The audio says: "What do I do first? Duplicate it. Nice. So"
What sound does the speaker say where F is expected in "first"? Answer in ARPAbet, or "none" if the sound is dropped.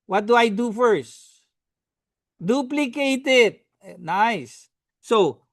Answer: F